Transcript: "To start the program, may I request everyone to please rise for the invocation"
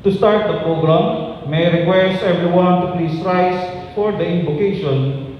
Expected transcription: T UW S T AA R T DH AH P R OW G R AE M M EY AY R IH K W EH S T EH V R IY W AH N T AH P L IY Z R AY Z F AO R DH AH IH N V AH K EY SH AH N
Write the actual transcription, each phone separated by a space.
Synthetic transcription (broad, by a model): T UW S T AA R T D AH P R OW G R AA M M EY R IH K W EH S T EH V R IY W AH N T AH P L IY S R AY S F AO R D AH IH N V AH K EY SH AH N